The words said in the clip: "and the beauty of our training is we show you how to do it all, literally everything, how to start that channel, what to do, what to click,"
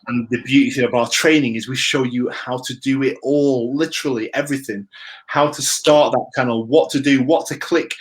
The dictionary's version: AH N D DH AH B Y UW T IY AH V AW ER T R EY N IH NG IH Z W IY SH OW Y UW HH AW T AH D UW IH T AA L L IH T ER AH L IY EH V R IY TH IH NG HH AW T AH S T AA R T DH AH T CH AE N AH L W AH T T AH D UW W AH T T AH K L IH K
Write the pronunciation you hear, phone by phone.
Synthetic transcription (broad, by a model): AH N DH AH B Y UW T IY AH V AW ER T R EY N IH NG IH Z W IY SH OW Y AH HH AW T AH D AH IH T AA L L IH T ER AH L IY EH V R IY TH IH NG HH AW T AH S T AA R T DH AH T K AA AH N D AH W T AH D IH W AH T T AH K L IH K